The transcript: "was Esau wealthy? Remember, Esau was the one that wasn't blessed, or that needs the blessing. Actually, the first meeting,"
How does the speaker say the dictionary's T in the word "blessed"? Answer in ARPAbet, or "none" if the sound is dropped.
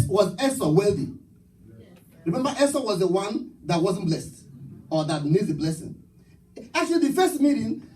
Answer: T